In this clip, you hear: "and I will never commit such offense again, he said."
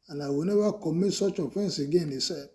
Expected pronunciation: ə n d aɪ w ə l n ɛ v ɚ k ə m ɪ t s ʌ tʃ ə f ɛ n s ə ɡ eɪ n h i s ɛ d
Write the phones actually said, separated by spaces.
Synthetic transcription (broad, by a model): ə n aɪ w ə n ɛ b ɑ k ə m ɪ s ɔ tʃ ə f ɛ n s ə ɡ eɪ n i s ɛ